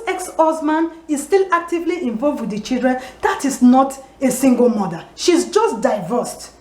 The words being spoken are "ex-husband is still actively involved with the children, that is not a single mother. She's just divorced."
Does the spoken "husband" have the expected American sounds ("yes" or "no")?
no